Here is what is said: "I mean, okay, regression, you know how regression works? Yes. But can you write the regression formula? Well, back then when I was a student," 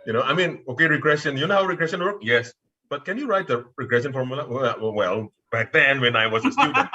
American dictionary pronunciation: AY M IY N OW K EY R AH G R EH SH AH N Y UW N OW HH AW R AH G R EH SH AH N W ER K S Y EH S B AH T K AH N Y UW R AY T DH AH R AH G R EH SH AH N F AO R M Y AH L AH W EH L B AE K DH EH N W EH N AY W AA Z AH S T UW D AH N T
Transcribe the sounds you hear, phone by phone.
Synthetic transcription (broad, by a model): AY M IY N OW K EY R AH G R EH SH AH N Y UW N OW HH AW R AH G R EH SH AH N W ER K Y EH S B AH T K AH N Y UW R AY T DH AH R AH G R EH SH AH N F AO R M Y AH L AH W EH L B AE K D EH N W EH N AY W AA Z AH S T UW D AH N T